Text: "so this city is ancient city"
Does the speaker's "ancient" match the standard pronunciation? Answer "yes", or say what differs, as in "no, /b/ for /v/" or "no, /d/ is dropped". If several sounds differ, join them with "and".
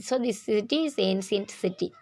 no, /s/ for /ʃ/